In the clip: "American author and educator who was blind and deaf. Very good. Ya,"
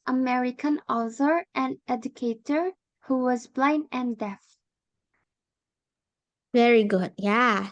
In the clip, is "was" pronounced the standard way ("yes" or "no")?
yes